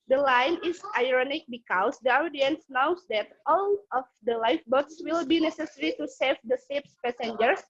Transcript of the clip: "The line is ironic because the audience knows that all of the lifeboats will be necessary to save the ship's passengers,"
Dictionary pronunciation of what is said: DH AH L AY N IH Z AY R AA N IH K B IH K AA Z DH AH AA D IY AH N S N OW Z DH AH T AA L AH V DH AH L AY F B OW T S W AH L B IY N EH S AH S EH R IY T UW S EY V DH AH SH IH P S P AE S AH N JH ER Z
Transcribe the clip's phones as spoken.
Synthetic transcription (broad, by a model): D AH L AY N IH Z AY R AA N IH K B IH K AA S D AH AA D IY AH N S N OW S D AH T AA L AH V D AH L AY F B OW T S W AH L B IY N EH S AH S EH R IY T UW S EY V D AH S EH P S P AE S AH N JH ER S